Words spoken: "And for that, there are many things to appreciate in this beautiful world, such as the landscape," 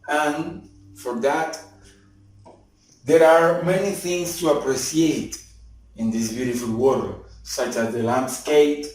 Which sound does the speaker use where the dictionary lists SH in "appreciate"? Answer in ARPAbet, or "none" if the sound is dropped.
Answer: S